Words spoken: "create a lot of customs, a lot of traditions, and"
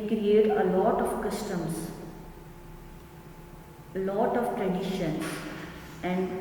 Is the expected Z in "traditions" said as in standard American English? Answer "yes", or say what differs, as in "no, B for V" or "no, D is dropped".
no, Z is dropped